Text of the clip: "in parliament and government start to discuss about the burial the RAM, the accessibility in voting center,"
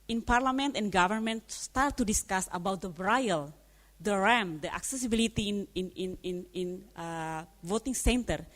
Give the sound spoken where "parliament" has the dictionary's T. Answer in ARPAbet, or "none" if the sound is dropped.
T